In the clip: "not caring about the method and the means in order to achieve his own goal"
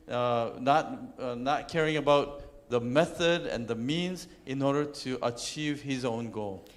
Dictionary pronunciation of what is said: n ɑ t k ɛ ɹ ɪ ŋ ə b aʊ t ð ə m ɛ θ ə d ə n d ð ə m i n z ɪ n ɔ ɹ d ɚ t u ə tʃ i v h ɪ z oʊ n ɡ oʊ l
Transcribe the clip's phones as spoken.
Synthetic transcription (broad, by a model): n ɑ t k ɛ ɹ ɪ ŋ ə b aʊ t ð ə m ɛ θ ə d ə n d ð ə m i n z ɪ n ɔ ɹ d ɚ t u ə tʃ i v h ɪ z oʊ n ɡ oʊ l